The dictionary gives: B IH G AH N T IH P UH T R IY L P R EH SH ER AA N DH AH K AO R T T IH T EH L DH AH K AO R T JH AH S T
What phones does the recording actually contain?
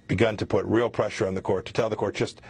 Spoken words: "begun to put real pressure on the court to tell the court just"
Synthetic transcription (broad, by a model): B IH G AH N T IH P UH T R IY L P R EH SH ER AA N DH AH K AO R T T IH T EH L DH AH K AO R T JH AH S T